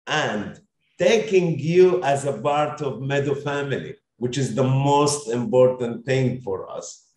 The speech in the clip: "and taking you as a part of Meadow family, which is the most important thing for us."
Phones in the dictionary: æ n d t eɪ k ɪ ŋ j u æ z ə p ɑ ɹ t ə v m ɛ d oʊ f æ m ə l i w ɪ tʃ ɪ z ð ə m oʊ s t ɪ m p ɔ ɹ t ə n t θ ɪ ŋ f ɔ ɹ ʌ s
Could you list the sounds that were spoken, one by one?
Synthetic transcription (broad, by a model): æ n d t eɪ k ɪ ŋ j u æ z ə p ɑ ɹ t ə v m ɛ d oʊ f æ m ə l i w ɪ tʃ ɪ z ð ə m oʊ s t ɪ m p ɔ ɹ t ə n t θ ɪ ŋ f ɔ ɹ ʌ s